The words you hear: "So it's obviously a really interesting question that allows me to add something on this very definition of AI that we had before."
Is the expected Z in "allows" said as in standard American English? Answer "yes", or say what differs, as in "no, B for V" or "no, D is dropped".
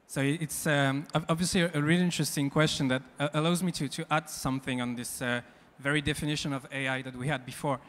yes